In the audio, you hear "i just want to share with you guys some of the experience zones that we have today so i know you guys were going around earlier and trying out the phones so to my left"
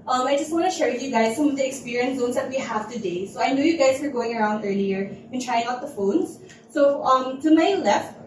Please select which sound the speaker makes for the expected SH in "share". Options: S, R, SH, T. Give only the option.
SH